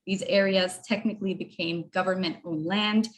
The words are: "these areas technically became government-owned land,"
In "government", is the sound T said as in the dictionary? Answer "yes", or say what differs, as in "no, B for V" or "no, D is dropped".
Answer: yes